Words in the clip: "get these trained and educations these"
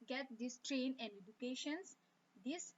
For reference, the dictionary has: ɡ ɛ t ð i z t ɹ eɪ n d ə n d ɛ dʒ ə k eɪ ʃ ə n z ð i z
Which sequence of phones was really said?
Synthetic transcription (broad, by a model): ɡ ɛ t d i s t ɹ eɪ n ə n d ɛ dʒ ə k eɪ ʃ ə n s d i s